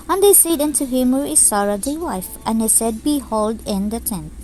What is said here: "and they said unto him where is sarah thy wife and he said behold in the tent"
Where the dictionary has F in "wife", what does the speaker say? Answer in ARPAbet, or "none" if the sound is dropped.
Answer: F